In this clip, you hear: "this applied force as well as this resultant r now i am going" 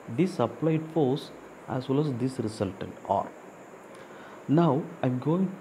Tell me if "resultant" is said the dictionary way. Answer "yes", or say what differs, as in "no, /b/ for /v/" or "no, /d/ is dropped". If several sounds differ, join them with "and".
no, /s/ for /z/